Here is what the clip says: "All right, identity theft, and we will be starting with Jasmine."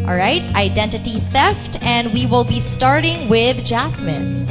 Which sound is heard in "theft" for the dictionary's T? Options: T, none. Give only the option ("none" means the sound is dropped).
T